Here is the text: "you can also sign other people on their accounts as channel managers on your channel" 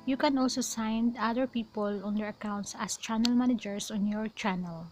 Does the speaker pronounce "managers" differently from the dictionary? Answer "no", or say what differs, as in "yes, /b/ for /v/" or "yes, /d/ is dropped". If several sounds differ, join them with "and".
yes, /s/ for /z/